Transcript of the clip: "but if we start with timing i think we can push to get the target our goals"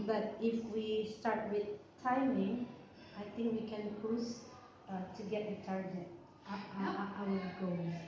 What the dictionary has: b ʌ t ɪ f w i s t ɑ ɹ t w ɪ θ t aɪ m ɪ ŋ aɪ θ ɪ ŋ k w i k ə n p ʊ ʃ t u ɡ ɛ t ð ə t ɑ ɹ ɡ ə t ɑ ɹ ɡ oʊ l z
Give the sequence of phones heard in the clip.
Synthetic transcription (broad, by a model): b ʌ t ɪ f w i s t ɑ ɹ t w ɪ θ t aɪ m ɪ ŋ aɪ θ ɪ ŋ k w i k ə n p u s t u ɡ ɛ t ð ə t ɑ ɹ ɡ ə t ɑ w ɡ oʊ